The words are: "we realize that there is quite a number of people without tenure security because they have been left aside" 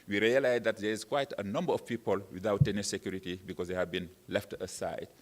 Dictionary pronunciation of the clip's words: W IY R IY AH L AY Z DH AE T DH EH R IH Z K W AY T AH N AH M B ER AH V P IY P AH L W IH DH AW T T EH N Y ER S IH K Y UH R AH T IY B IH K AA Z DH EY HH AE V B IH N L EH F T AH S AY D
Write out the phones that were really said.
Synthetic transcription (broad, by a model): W IY R IY AH L AY Z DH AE T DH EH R IH Z K W AY T AH N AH M B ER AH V P IY P AH L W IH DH AW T T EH N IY S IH K Y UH R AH T IY B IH K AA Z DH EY HH AE V B IH N L EH F T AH S AY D